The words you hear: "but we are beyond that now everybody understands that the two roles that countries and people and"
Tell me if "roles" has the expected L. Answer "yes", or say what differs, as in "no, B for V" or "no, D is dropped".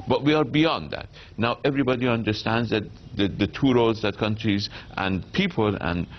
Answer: no, L is dropped